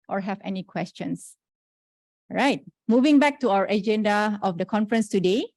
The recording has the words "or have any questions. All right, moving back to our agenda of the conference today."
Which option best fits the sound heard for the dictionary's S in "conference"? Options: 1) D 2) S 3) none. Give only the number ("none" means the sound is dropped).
2